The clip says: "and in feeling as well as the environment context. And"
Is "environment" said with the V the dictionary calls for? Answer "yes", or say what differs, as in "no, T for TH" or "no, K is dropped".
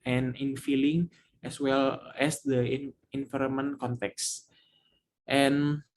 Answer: no, F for V